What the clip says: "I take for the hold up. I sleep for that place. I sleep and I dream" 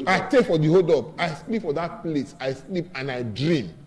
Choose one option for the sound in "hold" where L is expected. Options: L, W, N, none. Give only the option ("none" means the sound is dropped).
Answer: none